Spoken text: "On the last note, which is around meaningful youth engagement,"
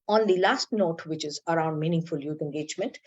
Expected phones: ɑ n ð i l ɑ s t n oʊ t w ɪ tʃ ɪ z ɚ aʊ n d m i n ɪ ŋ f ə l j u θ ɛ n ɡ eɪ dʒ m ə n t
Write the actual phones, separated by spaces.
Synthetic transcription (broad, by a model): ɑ n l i l ɑ s t n oʊ t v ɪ tʃ ɪ z ɚ aʊ n d m i n ɪ ŋ f ə l j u t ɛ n ɡ eɪ dʒ m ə n t